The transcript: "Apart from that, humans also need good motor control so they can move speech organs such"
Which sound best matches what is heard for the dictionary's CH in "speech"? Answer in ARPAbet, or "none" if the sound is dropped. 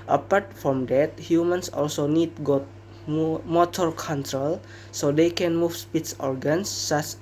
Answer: S